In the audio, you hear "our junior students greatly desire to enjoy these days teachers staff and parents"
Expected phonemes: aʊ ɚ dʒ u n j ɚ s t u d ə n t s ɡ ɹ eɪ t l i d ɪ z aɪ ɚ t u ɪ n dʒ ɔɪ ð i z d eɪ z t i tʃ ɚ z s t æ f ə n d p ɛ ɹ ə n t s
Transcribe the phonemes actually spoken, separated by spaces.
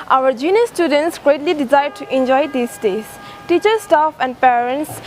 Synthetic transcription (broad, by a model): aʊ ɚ dʒ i n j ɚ s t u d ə n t s ɡ ɹ eɪ t l i d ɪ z aɪ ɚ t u ɪ n dʒ ɔɪ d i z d eɪ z t i tʃ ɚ s t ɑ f ə n d p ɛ ɹ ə n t s